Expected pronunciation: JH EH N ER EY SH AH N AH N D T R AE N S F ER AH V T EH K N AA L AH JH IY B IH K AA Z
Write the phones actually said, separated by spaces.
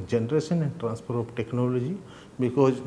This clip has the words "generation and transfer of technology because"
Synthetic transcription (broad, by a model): JH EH N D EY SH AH N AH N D T R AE N S P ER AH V T EH K N AA L AH JH IY B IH K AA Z